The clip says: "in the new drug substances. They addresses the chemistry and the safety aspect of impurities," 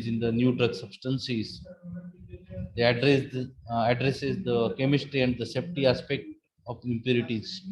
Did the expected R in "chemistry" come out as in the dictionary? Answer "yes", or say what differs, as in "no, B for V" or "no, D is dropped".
yes